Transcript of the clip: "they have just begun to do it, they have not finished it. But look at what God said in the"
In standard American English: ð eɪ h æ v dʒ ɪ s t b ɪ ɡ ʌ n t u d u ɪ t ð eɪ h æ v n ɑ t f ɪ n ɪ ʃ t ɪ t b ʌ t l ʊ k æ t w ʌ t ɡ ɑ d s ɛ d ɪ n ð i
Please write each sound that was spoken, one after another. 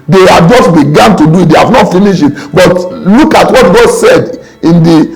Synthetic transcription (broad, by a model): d eɪ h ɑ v dʒ ɪ s t b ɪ ɡ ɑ n t u d u ɪ t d eɪ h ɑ v n ɑ t f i n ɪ ʃ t ɪ t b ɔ t l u k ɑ t w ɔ t ɡ ɑ d s ɛ d ɪ n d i